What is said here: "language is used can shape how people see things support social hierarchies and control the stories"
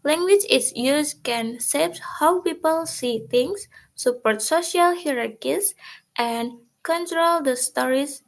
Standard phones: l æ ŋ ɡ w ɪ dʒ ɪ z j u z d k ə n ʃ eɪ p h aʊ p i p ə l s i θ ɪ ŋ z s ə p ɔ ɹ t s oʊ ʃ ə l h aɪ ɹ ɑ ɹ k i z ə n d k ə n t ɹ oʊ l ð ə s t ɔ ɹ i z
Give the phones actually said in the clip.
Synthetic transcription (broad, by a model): l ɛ ŋ ɡ w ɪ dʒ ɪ s j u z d k ə n s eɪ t h aʊ p i p ə l s i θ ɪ ŋ s ə p ɔ ɹ t s oʊ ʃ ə l h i ɹ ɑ ɹ k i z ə n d k ə n t ɹ oʊ l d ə s t ɔ ɹ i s